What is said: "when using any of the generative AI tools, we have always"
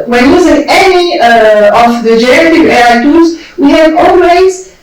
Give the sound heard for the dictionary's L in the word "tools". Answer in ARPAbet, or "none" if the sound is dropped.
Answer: none